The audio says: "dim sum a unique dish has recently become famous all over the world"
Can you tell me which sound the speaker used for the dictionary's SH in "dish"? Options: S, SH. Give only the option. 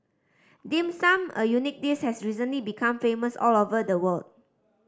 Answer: S